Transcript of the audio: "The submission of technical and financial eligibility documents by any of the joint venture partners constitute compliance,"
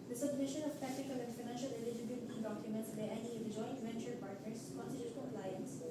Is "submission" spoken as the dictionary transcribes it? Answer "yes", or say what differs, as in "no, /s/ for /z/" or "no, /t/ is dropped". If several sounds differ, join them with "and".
yes